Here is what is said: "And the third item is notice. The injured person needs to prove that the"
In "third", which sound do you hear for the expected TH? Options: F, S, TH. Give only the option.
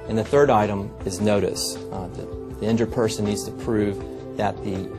TH